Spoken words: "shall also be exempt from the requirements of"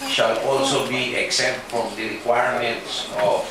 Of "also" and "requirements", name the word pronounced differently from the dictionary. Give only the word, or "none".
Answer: none